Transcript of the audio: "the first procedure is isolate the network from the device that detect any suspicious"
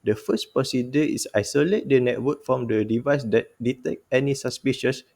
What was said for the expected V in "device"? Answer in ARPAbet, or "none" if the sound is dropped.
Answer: V